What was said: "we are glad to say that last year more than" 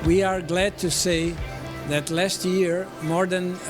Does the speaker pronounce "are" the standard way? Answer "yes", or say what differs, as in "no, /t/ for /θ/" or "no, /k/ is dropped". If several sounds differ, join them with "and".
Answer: yes